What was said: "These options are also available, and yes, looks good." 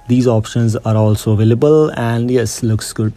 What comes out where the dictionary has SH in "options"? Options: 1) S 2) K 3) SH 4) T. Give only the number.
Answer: 3